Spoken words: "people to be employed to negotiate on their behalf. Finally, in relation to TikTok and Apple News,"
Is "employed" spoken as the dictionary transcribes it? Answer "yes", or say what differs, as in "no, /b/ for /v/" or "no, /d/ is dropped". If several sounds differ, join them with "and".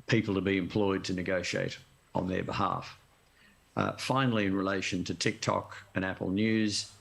yes